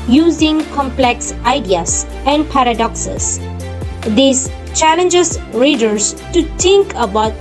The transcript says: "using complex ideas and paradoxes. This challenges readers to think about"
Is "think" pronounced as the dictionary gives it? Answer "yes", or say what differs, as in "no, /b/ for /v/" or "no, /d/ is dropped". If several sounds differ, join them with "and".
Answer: no, /t/ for /θ/